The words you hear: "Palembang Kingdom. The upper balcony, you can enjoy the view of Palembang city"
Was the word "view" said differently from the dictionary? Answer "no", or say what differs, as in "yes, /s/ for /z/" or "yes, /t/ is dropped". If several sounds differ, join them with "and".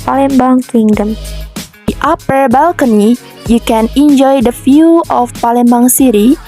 yes, /f/ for /v/